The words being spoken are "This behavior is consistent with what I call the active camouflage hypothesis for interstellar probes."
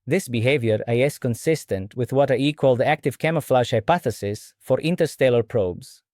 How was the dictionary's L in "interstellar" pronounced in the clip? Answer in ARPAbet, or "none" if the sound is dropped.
L